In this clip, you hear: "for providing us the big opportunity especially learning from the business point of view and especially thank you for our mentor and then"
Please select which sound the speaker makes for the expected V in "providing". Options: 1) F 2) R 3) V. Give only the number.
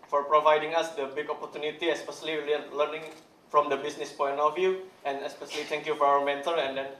3